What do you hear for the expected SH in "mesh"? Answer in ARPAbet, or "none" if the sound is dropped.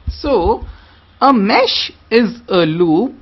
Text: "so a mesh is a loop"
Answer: SH